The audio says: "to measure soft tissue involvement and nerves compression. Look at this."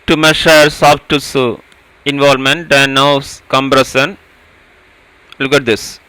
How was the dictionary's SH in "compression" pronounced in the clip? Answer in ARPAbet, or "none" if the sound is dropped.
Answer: S